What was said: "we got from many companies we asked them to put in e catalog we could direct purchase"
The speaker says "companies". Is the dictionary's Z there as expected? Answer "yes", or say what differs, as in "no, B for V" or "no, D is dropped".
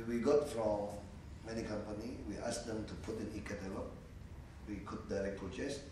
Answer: no, Z is dropped